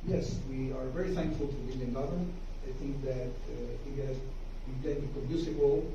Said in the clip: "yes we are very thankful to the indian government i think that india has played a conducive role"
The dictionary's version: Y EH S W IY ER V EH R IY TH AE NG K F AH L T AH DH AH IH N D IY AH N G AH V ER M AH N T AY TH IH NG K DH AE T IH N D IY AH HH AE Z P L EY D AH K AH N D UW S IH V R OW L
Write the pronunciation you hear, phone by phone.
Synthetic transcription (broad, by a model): Y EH S W IY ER V EH R IY TH AE NG K F AH L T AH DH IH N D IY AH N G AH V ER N AY TH IH NG K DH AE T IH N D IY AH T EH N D AH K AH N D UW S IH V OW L